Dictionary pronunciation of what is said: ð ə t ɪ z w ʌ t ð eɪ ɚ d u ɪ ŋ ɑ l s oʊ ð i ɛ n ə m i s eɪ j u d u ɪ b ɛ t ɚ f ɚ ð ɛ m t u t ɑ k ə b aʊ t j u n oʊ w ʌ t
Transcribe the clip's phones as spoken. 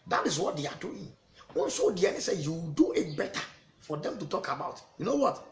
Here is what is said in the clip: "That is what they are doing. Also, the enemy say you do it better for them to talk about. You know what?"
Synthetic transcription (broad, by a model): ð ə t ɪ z w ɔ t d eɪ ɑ d u ɪ ŋ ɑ n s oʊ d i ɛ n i s eɪ j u d u ɪ b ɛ t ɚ f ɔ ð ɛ m t u t ɑ k ə b aʊ t j u n oʊ w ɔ t